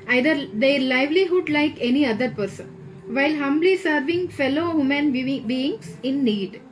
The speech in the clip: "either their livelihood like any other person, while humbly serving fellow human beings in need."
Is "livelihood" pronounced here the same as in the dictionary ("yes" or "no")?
yes